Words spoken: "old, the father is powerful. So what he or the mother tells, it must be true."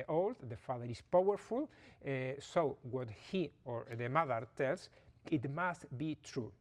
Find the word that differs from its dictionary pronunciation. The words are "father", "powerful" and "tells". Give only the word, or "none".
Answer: tells